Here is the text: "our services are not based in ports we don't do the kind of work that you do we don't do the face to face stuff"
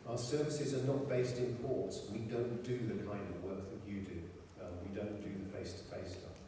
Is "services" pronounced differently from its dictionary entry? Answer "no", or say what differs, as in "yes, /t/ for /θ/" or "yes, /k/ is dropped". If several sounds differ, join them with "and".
no